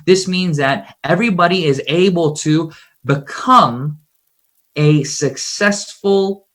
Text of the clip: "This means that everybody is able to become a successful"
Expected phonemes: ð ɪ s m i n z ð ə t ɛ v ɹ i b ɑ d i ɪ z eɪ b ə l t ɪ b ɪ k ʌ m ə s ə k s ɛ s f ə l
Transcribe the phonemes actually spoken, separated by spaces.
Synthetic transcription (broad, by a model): ð ɪ s m i n z ð ə t ɛ v ɹ i b ɑ d i ɪ z eɪ b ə l t ɪ b ɪ k ʌ m ə s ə k s ɛ s f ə l